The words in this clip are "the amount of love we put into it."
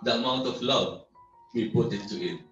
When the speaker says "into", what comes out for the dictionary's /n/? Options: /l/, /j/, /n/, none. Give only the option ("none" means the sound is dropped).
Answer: none